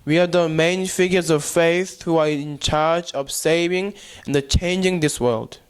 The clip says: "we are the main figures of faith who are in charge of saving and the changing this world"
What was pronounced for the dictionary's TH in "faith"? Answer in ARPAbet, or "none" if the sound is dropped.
TH